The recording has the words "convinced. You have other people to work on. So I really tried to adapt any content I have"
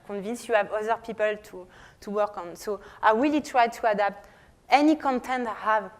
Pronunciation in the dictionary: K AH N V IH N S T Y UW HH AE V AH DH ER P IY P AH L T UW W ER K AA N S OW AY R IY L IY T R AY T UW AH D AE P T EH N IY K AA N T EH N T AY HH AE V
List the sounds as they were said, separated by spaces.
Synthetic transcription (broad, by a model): K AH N V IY N S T Y UW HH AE V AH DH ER P IY P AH L T UW W ER K AA N S OW AY W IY L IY T R AY T UW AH D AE P T EH N IY K AA N T EH N T HH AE V